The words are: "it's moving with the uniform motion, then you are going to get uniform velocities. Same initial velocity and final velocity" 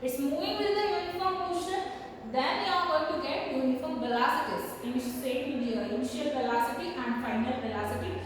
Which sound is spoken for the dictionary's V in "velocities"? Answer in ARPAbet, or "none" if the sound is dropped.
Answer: B